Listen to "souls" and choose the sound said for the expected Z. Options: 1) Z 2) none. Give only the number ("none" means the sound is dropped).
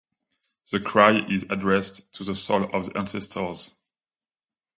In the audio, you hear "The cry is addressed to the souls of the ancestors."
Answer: 2